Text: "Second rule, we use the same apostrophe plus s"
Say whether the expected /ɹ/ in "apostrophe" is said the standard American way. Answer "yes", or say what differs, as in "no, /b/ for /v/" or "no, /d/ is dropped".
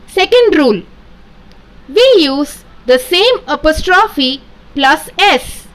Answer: yes